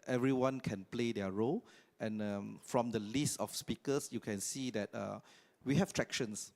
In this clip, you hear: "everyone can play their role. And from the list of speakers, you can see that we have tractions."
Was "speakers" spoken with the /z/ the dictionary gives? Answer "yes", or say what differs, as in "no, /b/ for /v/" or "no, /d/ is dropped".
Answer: no, /s/ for /z/